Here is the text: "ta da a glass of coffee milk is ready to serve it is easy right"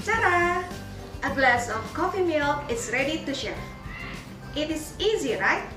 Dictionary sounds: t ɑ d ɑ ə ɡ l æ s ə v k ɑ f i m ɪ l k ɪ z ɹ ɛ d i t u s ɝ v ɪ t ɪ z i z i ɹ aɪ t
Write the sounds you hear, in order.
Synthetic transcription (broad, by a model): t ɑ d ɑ ə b l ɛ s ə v k ɑ f i m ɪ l ɪ s ɹ ɛ d i t u ʃ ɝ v ɪ t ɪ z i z i ɹ aɪ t